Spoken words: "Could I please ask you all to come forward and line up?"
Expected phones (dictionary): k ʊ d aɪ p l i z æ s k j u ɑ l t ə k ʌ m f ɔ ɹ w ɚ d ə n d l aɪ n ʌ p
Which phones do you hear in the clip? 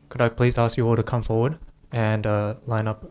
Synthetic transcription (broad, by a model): k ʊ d aɪ p l i z æ s k j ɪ ɑ l t ə k ʌ m f ɔ ɹ w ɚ d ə n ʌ l aɪ n ʌ p